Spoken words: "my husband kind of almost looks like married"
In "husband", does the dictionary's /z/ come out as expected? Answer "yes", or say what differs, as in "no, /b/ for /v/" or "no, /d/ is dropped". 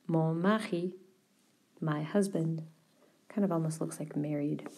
yes